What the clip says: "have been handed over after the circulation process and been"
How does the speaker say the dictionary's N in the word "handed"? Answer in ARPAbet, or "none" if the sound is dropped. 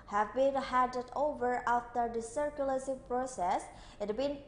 none